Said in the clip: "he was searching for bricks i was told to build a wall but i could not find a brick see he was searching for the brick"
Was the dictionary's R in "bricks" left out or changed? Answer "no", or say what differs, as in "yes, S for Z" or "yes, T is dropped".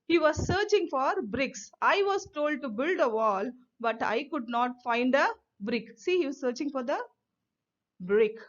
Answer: no